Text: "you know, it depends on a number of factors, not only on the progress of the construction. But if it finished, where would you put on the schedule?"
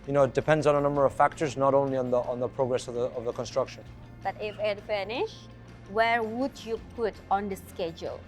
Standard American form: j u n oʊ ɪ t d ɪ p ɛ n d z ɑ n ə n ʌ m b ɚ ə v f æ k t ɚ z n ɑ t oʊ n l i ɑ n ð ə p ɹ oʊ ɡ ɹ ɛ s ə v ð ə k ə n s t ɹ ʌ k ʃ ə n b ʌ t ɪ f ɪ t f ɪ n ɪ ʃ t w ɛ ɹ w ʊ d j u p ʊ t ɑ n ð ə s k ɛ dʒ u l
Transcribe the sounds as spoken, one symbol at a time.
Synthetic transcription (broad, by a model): j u n oʊ ɪ t d ɪ p ɛ n d z n ə n ʌ m b ɚ ə v f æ k t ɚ z n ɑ t oʊ n l i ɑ n ð ə p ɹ oʊ ɡ ɹ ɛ s ə v ð ə k ə n s t ɹ ʌ k ʃ ə n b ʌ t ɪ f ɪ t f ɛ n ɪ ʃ w ɛ ɹ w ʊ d j u p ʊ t ɑ n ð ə s k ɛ dʒ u l